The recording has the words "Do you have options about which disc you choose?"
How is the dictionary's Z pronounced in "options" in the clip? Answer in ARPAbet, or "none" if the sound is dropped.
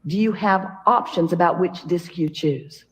Z